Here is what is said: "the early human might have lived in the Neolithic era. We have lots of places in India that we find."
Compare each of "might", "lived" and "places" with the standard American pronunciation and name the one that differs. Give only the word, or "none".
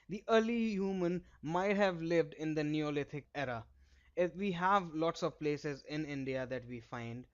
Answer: none